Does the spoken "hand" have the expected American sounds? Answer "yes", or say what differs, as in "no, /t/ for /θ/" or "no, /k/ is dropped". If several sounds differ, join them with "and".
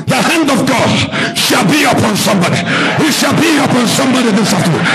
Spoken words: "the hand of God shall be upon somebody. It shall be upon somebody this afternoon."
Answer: yes